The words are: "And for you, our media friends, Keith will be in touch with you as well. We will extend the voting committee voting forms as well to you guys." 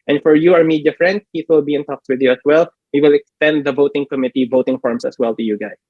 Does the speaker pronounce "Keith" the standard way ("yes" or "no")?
no